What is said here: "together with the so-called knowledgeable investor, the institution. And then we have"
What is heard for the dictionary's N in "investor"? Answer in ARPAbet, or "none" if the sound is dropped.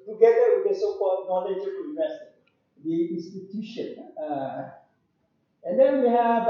none